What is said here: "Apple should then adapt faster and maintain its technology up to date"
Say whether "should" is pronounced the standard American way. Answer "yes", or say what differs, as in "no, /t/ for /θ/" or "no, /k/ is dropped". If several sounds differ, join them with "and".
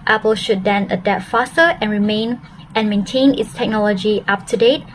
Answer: yes